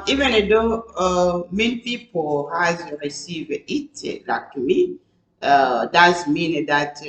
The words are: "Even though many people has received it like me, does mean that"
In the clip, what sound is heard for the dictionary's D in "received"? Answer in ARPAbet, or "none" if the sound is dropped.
none